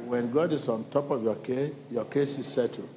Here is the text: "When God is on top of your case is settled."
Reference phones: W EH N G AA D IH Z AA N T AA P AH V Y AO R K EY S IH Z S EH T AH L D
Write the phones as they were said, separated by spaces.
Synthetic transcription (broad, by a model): W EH N G AA D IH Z AA N T AA P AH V Y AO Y K EY S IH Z S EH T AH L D